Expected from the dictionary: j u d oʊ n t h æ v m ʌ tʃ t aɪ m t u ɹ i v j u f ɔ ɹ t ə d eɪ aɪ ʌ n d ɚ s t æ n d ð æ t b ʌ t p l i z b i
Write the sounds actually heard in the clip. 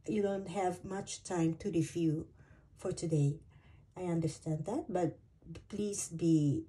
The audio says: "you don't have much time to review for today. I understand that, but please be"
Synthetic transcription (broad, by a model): j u d oʊ n t h æ v m ʌ tʃ t aɪ m t u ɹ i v j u f ɔ ɹ t ə d eɪ aɪ ʌ n d ɚ s t æ n d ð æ t b ʌ t p l i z b i